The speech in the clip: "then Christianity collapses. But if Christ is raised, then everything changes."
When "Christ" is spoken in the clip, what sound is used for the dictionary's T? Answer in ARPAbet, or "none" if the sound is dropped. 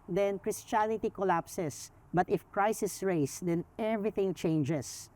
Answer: none